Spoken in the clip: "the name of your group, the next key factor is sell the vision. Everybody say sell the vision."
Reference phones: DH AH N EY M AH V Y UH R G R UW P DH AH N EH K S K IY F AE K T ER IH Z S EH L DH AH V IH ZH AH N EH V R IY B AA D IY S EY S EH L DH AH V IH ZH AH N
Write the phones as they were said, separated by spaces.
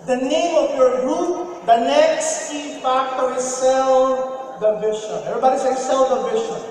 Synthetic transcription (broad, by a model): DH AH N EY M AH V Y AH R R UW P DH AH N EH K S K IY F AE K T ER IH Z S EH L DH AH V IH SH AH EH V R IY B AA D IY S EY S EH L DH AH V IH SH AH